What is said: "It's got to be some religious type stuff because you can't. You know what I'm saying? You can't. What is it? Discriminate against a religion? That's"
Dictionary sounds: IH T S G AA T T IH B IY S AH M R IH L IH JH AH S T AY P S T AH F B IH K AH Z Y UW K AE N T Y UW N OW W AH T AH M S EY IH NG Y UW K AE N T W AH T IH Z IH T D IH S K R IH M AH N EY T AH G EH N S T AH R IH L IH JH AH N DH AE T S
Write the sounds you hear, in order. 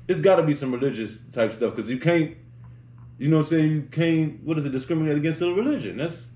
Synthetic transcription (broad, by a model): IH T S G AA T T IH B IY S AH M R IH L IH JH AH S T AY P S T AH F K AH Z Y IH K AE N T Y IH N OW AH S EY IH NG Y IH K AE N T W AH T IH Z IH T D IH S K R IH M AH N EY T AH G EH N S T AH R IH L IH JH AH N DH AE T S